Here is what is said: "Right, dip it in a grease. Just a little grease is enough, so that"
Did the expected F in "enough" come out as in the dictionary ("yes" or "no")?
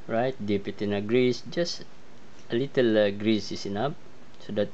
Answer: no